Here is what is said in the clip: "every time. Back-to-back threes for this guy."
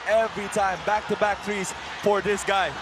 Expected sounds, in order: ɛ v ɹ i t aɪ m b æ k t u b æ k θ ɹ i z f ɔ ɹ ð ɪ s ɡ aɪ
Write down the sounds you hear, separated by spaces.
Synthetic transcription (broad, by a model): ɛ v ɹ i t aɪ m b æ k t u b æ k t ɹ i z f ɔ ɹ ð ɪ s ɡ aɪ